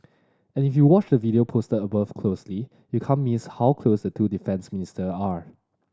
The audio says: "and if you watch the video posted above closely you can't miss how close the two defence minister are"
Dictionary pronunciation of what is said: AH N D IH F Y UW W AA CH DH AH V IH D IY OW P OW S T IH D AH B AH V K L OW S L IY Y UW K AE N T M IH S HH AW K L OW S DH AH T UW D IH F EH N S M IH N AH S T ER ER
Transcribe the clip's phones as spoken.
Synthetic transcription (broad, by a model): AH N IH F Y UW W AA CH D AH V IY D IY OW P OW S T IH AH B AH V K L OW S L IY Y UW K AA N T M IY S HH AW K L OW S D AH T UW D IH F EH N S M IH N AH S T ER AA